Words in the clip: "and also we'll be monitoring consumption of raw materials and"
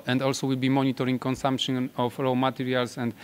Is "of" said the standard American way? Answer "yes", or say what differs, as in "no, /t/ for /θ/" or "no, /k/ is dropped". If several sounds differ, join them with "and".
no, /f/ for /v/